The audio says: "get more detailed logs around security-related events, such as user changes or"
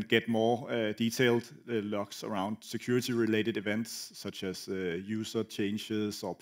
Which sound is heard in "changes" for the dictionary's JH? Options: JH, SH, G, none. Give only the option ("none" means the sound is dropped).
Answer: SH